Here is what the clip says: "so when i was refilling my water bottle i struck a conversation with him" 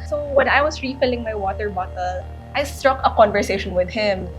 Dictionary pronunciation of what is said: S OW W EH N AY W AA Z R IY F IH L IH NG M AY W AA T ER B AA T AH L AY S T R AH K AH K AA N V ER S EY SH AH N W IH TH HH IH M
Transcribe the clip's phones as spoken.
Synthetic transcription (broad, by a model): S OW W EH N AY W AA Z R IY F IH L IH NG M AY W AA T ER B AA T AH L AY S T R AH K AH K AA N V ER S EY SH AH N W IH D HH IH M